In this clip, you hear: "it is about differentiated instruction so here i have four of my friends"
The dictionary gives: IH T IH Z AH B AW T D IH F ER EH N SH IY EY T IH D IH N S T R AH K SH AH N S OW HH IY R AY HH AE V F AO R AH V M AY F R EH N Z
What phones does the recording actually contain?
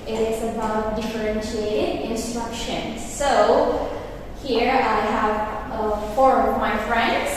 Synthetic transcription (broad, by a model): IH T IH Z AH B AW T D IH F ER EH N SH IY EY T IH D IH N S T R AH K SH AH N S OW HH IY R AY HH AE V F AO R AH V M AY F R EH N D